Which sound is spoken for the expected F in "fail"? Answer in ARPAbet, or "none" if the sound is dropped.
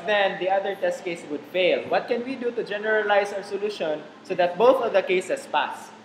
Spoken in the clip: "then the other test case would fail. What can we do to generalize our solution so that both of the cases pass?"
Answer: F